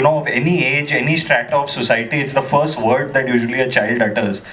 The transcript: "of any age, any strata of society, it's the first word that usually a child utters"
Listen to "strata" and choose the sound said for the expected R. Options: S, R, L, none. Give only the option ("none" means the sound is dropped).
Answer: R